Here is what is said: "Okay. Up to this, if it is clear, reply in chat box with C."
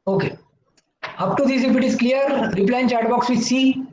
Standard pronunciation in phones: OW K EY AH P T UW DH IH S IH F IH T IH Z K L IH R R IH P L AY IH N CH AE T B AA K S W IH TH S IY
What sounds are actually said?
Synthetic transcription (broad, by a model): OW K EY AH P T UW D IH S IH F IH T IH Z K L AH R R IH P L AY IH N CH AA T B AA K S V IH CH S IY